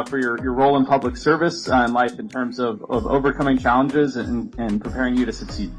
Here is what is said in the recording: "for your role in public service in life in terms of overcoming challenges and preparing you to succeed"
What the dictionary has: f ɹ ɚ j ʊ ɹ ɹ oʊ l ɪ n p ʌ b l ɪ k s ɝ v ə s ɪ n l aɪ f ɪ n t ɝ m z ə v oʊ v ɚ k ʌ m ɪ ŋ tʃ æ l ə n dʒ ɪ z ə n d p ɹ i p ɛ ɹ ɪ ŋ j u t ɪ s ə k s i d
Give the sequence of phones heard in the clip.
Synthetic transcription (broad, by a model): f ɹ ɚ j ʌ ɹ ɹ oʊ l ɪ n p ʌ b l ɪ k s ɝ v ə s ɪ n l aɪ f ɪ n t ɝ m z ə v oʊ v ɚ k ʌ m ɪ ŋ tʃ æ l ə n dʒ ɪ z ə n p ɹ i p ɛ ɹ ɪ ŋ j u t ɪ s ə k s i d